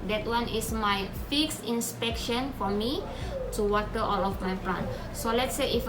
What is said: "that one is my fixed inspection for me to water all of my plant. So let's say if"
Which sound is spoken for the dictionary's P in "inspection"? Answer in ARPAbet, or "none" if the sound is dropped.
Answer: P